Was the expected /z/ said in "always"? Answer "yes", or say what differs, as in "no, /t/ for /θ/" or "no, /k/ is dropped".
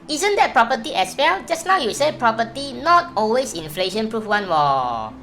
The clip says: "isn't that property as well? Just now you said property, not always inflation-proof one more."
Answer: no, /s/ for /z/